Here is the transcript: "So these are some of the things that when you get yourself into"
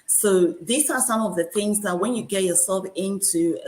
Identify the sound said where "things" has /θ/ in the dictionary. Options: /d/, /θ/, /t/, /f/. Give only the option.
/θ/